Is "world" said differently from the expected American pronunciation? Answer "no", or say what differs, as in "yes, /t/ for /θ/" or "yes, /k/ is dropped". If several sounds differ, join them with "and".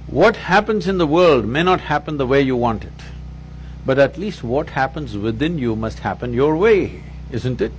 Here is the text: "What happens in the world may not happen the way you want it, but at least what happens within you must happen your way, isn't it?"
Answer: no